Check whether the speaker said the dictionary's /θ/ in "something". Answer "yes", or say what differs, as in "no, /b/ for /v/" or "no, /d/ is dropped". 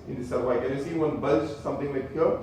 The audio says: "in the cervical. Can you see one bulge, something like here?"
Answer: no, /t/ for /θ/